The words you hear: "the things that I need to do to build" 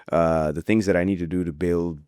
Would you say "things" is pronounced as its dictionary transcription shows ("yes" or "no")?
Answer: yes